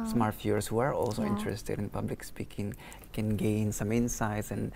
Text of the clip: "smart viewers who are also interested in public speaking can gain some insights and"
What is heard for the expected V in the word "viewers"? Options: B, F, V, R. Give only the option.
F